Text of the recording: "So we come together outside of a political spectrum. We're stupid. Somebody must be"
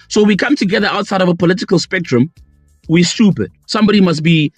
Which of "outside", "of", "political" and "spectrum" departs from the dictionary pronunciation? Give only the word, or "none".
none